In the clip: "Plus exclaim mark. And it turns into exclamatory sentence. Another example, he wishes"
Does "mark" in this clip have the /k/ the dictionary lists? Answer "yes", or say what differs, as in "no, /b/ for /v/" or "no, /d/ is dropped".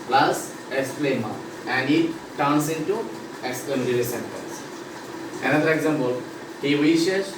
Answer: no, /k/ is dropped